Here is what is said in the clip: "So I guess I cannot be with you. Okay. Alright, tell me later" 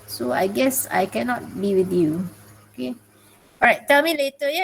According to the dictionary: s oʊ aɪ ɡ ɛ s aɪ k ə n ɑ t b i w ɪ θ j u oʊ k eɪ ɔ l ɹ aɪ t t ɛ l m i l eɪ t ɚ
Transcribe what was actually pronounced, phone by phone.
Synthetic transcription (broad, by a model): s oʊ aɪ ɡ ɛ s aɪ k ə n ɑ t b i w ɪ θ j u oʊ k eɪ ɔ ɹ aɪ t t ɛ l m i l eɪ t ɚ